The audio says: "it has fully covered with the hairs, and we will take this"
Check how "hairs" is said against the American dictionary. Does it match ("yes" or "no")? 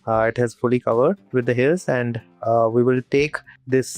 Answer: no